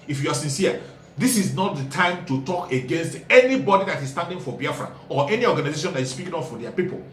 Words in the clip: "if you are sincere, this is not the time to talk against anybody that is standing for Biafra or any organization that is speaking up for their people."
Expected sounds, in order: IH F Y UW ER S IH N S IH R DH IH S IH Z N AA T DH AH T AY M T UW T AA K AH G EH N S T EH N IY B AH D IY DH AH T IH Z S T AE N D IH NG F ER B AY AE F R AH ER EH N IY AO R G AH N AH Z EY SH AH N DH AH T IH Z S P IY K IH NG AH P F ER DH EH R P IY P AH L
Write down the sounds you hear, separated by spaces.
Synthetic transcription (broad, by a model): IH F Y UW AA S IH N S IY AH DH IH S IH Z N AA T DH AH T AY M T UW T AA K AH G EH N S T EH N IY B AH D IY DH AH T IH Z S T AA N D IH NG F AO B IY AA F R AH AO EH N IY AO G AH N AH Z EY SH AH N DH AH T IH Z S P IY K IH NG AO F F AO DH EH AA P IY P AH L